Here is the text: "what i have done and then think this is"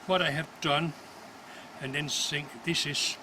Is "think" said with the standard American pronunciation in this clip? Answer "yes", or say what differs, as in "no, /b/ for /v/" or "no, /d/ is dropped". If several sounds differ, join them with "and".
no, /s/ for /θ/